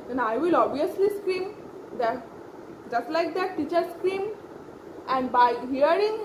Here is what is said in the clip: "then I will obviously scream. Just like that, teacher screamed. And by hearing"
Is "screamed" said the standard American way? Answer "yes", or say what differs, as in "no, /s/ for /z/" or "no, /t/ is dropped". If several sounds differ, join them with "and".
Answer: no, /d/ is dropped